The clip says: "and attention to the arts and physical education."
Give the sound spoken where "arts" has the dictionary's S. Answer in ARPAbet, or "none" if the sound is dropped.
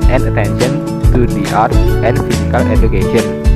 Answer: none